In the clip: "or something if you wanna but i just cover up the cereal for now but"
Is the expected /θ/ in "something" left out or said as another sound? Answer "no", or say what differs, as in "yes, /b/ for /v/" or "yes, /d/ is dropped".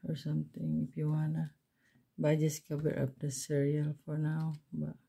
yes, /t/ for /θ/